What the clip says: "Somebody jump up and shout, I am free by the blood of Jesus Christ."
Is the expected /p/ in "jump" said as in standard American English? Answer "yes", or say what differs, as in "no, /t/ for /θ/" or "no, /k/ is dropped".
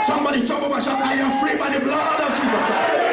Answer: no, /b/ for /p/